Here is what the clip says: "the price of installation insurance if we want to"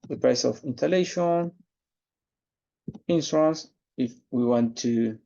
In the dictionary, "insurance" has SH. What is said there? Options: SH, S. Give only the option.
S